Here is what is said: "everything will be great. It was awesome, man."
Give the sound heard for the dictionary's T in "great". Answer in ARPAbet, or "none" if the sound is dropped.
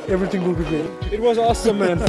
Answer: none